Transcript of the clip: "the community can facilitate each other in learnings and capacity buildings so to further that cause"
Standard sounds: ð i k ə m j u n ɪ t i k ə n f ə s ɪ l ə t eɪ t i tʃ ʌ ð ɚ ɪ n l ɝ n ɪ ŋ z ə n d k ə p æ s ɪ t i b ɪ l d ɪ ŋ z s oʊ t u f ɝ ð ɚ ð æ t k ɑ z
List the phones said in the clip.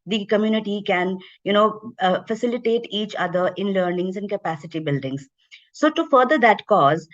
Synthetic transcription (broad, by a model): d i k ə m j u n ɪ t i k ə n f ə s ɪ l ə t eɪ t i tʃ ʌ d ɚ ɪ n l ɝ n ɪ ŋ z ə n d k ə p æ s ɪ t i b ɪ l d ɪ ŋ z s oʊ t u f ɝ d ɚ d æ t k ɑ z